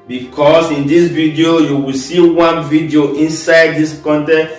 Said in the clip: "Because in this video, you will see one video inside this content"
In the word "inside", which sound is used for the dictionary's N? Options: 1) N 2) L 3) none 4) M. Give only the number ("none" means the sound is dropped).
1